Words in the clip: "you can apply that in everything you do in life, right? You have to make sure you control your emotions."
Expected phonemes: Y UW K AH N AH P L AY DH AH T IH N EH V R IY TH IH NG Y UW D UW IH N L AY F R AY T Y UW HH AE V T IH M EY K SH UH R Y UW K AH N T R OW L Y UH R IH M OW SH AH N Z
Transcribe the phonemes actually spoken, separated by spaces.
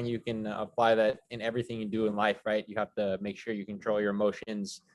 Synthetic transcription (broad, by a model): Y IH K AH N AH P L AY DH AH T IH N EH V R IY TH IH NG Y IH D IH IH N L AY F R AY T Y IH HH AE F T IH M EY K SH UH R Y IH K AH N T R OW L Y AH R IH M OW SH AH N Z